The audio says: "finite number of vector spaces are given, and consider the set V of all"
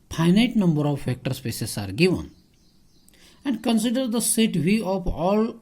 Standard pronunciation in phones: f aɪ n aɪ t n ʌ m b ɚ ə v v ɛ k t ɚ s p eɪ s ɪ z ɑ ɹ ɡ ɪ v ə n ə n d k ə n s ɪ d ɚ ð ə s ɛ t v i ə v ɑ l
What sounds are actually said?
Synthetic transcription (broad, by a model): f aɪ n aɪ t n ʌ m b ɚ ə v f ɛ k t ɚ s p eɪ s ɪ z ɑ ɹ ɡ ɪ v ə n ə n d k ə n s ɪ d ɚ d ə s ɛ t v i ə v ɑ l